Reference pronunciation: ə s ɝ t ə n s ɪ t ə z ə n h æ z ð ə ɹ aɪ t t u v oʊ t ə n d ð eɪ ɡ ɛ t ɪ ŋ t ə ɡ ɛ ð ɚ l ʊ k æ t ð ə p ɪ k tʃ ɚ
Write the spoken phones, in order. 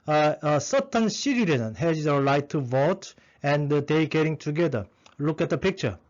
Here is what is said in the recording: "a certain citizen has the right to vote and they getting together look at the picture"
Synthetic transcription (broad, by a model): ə s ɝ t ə n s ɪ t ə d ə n h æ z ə l aɪ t t u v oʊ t ə n d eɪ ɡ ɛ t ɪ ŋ t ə ɡ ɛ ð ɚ l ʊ k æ t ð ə p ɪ k tʃ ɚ